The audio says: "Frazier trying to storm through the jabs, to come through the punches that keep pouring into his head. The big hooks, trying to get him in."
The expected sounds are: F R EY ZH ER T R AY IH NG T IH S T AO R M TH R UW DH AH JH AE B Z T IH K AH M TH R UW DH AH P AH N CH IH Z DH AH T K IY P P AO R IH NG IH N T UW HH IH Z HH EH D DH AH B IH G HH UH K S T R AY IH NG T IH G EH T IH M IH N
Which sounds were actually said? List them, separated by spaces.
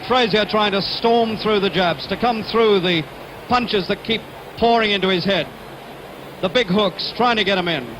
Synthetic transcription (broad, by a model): F R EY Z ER T R AY IH NG T IH S T AO R M TH R UW DH AH JH AE B Z T IH K AH M TH R UW DH AH P AH N CH IH Z DH AH T K IY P P AO R IH NG IH N T UW IH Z HH EH D DH AH B IH G HH UH K S T R AY IH NG T IH G EH T IH M IH N